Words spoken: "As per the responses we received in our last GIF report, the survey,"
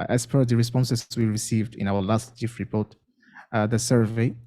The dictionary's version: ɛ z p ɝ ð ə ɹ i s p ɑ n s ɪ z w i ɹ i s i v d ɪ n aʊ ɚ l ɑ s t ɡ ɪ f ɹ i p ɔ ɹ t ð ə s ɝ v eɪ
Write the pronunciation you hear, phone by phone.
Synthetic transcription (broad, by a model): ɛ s p ɝ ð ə ɹ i s p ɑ n s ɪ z w i ɹ i s i v d ɪ n aʊ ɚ l ɑ s t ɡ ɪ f ɹ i p ɔ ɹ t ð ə s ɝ v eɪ